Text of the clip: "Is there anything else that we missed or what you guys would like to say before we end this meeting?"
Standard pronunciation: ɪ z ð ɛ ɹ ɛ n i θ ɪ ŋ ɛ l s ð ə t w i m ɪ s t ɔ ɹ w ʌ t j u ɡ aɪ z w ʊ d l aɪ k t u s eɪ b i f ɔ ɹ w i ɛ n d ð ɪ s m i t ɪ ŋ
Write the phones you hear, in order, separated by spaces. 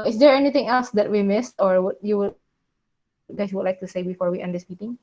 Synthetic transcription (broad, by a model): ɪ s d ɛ ɹ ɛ n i t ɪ ŋ ɛ l s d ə t w i m ɪ s t ɔ ɹ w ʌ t j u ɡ aɪ s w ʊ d l aɪ k t u s eɪ b i f ɔ ɹ w i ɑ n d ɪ s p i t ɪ ŋ